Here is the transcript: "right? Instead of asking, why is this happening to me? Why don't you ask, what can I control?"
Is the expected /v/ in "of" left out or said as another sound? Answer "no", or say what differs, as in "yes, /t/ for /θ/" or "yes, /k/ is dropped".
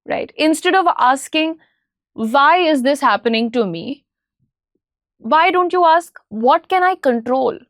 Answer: no